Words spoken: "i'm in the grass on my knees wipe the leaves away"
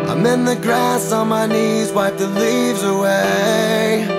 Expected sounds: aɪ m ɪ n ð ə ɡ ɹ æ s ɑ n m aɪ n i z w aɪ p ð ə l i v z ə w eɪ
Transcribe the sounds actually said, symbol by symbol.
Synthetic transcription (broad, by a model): aɪ m ɪ n ð ə ɡ ɹ æ s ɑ n m aɪ n i z w aɪ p ð ə l i v z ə w eɪ